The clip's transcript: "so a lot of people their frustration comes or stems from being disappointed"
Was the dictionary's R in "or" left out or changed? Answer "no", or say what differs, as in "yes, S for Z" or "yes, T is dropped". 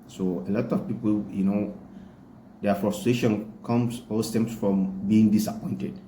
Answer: yes, L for R